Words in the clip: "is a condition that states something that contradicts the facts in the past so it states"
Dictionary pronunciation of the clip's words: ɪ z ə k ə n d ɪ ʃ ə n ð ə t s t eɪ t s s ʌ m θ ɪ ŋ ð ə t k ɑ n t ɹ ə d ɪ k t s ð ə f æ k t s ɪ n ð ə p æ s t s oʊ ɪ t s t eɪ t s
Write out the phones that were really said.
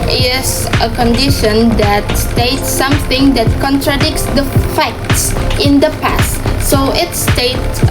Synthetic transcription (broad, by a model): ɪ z ə k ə n d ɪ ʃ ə n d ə t s t eɪ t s s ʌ m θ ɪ ŋ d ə t k ɑ n t ɹ ə d ɪ k t s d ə f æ k t s ɪ n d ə p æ s t s oʊ ɪ t s t eɪ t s